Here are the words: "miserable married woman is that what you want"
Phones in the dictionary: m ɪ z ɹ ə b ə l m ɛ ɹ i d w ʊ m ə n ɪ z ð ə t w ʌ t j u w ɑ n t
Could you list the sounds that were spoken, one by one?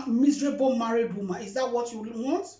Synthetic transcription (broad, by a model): m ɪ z ɹ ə b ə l m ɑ ɹ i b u m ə ɪ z ð ə t w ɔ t j u w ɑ n t